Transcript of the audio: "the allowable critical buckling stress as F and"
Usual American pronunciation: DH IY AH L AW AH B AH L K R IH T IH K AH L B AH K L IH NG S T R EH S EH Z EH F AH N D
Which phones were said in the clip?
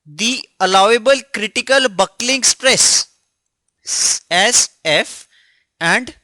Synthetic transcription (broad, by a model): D IY AH L AW AH B AH L K R IH T IH K AH L B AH K L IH NG S T R EH S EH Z EH F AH N D